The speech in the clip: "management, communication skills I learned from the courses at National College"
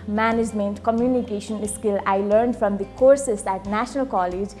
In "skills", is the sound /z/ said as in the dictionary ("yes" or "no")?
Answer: no